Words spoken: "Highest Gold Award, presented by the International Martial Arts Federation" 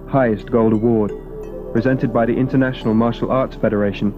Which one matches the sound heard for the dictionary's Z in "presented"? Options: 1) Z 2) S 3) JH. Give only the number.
1